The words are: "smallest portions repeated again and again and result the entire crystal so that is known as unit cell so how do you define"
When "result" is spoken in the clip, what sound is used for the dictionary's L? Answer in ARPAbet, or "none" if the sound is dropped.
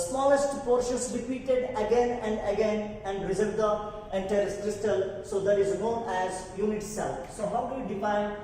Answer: none